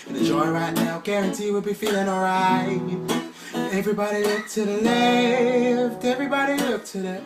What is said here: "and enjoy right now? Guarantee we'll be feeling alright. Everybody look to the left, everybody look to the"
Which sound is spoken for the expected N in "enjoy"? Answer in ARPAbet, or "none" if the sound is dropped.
none